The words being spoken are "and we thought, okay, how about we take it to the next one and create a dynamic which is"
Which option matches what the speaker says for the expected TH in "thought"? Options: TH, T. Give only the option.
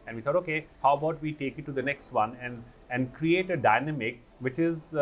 T